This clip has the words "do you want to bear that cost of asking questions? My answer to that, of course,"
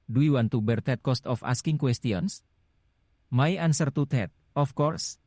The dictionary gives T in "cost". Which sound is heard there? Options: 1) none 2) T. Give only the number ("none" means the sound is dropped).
2